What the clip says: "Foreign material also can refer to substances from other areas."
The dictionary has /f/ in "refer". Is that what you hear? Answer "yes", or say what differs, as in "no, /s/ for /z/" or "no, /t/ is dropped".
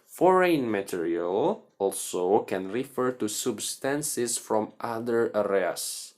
yes